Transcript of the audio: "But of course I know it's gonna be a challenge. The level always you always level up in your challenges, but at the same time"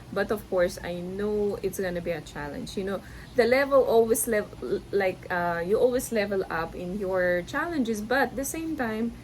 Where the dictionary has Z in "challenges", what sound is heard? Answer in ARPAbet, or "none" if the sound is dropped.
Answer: S